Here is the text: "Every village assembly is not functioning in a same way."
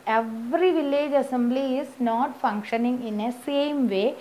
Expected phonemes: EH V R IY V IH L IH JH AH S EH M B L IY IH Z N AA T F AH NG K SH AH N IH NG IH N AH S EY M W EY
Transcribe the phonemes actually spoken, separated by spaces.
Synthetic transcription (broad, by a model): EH V R IY V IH L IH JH AH S EH M B L IY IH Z N AA T F AH NG K SH AH N IH NG IH N AH S EY M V EY